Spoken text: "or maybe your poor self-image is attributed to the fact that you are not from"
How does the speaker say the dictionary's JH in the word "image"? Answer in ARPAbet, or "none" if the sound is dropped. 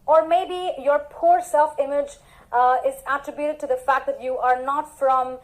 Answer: JH